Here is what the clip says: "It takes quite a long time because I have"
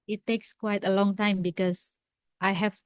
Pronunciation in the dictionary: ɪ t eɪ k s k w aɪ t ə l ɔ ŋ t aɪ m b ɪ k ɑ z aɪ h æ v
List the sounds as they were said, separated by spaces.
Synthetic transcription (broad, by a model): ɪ t eɪ k s k w aɪ t ə l ɔ ŋ t aɪ m b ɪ k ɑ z aɪ h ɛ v